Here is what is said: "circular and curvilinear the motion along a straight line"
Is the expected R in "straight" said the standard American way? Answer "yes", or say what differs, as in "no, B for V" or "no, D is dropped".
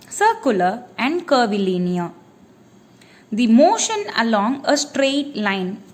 yes